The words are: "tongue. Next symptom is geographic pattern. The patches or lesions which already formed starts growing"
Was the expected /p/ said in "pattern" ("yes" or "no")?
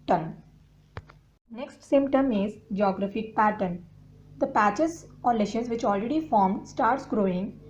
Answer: yes